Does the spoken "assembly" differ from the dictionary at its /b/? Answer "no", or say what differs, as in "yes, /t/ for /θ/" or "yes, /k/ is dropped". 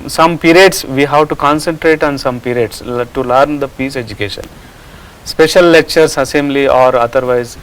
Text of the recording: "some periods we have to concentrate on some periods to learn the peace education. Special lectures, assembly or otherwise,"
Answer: yes, /b/ is dropped